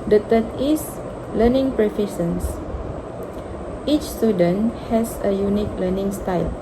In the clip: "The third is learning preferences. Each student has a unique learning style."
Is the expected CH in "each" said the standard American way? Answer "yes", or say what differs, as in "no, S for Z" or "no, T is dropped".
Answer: yes